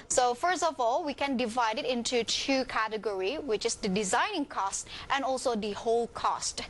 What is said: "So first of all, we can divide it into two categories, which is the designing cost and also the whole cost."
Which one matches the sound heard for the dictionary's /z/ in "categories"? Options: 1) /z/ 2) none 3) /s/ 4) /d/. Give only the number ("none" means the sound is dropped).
2